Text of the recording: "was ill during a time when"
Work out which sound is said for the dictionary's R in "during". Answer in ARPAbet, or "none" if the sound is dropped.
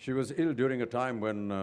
R